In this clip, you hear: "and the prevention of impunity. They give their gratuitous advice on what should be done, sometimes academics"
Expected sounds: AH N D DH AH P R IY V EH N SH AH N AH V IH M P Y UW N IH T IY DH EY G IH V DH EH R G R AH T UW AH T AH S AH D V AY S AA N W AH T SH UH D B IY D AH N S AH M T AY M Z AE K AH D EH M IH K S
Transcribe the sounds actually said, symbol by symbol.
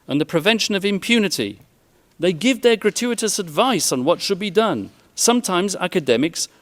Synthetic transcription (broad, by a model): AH N DH AH P R IY V EH N SH AH N AH V IH M P Y UW N IH T IY DH EY G IH V DH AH R G R AH T UW AH T AH S AH D V AY S N W AH T SH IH D B IY D AH N S AH M T AY M Z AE K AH D EH M IH K S